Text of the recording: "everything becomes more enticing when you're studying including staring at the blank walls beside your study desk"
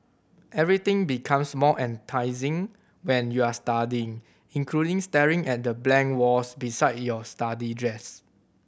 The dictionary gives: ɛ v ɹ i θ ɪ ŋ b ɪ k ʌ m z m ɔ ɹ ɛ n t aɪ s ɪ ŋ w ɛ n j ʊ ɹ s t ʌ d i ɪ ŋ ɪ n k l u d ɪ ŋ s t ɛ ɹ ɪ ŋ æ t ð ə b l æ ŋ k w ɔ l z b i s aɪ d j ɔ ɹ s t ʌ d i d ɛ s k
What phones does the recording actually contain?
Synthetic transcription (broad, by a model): ɛ v ɹ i t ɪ ŋ b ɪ k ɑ m s m ɔ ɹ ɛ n t aɪ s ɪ ŋ w ɛ n j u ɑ s t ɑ d i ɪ ŋ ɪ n k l u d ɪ ŋ s t ɛ ɹ ɪ ŋ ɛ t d ə b l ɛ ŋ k w ɔ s b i s aɪ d j ɔ s t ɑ d i d ɛ s